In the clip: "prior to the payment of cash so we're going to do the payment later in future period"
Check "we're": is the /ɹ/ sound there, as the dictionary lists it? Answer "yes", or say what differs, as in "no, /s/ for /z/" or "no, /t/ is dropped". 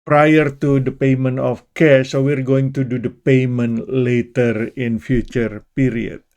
yes